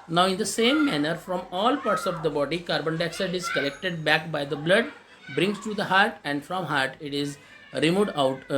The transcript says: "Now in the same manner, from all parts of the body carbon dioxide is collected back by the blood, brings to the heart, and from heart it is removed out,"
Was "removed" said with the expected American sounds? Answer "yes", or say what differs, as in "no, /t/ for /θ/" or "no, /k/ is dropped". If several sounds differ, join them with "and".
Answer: no, /v/ is dropped